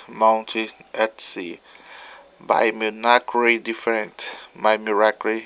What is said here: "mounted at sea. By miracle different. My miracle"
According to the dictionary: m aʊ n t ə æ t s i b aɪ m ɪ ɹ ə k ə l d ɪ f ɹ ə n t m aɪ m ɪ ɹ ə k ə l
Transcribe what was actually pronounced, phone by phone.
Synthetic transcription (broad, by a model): m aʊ n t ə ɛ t s i b aɪ m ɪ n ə k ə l d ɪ f ə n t m aɪ m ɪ ɹ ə k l